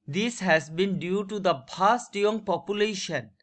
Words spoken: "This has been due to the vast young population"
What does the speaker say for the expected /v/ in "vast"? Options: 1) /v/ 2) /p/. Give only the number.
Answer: 2